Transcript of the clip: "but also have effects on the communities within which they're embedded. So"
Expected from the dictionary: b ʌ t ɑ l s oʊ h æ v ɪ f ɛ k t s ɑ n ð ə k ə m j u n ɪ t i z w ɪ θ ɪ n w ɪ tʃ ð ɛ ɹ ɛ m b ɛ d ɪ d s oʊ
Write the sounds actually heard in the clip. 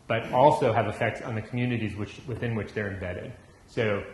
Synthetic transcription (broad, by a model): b ʌ t ɑ l s oʊ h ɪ v ɪ f ɛ k t s n ð ə k m j u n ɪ t i z w ɪ θ ɪ n w ɪ tʃ ð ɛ ɹ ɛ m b ɛ d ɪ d s oʊ